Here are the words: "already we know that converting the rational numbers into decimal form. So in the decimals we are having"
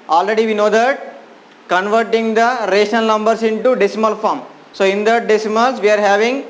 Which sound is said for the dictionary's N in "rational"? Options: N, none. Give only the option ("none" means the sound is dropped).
none